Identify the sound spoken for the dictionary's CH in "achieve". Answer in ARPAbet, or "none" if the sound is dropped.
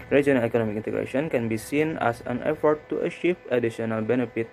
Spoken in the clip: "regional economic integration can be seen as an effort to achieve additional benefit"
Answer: SH